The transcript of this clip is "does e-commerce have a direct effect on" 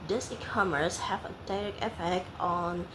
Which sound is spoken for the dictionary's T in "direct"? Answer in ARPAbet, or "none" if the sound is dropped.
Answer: none